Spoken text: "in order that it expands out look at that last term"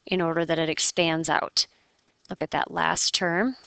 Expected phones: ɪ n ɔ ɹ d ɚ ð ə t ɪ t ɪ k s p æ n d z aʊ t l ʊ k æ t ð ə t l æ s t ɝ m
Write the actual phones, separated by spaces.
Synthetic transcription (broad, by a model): ɪ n ɔ ɹ d ɚ ð ə t ɪ t ɪ k s p æ n d z aʊ t l ʊ k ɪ t ð ə t l æ s t ɝ m